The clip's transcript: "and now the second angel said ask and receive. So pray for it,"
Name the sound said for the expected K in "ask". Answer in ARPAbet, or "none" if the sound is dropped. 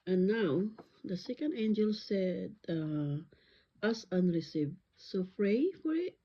none